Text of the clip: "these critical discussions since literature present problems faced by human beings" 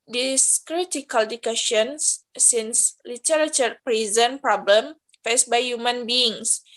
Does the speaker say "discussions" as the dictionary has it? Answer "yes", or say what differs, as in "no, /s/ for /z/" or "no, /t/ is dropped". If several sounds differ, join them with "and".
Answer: no, /s/ is dropped